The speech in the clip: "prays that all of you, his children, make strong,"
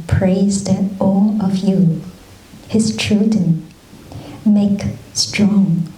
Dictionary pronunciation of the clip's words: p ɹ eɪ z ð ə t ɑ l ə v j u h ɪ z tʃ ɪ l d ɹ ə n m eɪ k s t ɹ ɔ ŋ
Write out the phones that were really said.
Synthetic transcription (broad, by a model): p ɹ eɪ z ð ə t ɑ l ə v j u h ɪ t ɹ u d ə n m eɪ k s t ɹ ɔ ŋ